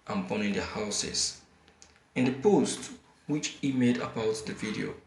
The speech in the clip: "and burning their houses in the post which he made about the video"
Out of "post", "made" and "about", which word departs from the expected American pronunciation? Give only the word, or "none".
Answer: none